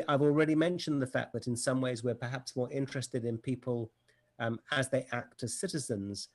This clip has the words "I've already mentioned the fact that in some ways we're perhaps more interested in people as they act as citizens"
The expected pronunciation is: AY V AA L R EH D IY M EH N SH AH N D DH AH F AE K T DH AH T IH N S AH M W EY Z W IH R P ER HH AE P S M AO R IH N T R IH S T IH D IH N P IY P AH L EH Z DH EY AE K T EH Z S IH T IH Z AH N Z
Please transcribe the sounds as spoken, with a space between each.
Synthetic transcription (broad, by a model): AY V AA L R EH D IY M EH N SH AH N DH AH F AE K DH AH T IH N S AH M W EY Z W IH R P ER HH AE P S M AO R IH N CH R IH S T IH D IH N P IY P AH L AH Z DH EY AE K T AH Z S IH T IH Z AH N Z